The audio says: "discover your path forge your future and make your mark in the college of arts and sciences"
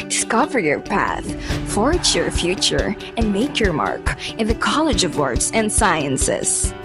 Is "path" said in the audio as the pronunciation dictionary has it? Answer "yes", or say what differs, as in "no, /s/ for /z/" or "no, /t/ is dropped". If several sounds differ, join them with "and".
yes